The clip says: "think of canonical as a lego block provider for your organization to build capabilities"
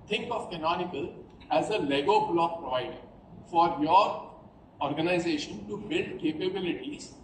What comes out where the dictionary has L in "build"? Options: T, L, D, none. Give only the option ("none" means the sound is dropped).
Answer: L